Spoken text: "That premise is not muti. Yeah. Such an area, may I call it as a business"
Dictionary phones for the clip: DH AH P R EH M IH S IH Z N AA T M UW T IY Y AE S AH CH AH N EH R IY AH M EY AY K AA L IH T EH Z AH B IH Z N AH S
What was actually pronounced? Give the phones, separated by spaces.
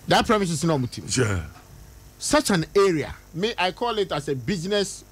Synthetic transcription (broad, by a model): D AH P R EH M IH S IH S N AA M UW T IY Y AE S AH CH AH N EH R IY AH M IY AY K AA L IH T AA S AH B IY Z N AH S